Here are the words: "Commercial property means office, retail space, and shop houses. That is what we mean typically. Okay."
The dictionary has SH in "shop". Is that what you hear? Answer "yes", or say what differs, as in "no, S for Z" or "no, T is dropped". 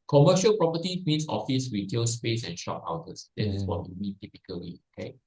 yes